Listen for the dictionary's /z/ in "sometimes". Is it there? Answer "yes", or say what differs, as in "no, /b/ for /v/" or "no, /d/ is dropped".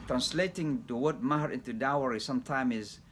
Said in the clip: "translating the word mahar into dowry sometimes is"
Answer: no, /z/ is dropped